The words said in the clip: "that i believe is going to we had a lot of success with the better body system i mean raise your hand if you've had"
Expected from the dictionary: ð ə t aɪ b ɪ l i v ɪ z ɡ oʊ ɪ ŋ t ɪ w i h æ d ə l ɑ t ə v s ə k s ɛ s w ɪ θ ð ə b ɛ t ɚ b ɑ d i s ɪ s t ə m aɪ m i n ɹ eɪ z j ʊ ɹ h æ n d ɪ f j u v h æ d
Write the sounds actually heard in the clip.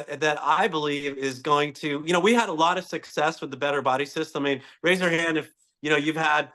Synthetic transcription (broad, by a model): ð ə t aɪ b ɪ l i v ɪ z ɡ oʊ ɪ ŋ t ɪ w i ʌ d ə l ɑ t ə v s ə k s ɛ s w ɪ ð ə b ɛ t ɚ b ɑ d i s ɪ s t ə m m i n ɹ eɪ z j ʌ ɹ h æ n d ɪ f j u v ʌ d